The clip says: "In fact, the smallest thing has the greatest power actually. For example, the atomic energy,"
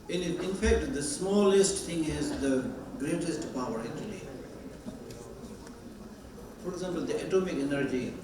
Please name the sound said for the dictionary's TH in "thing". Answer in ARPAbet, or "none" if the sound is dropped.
T